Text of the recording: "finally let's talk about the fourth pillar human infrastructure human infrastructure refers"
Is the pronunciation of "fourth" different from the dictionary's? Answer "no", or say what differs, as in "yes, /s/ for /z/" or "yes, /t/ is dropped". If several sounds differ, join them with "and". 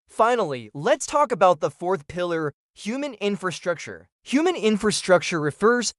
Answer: no